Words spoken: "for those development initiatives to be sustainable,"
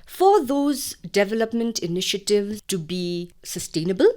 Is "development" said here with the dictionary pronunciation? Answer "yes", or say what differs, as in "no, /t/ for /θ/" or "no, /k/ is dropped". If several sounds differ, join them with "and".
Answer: yes